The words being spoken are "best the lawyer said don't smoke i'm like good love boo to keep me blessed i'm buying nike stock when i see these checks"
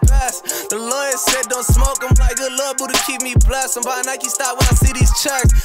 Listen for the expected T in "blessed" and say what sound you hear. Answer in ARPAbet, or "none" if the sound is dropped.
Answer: none